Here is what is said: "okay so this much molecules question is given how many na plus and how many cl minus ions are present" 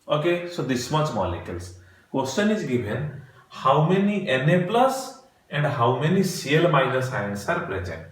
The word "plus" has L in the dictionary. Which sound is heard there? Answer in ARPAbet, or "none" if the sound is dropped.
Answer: L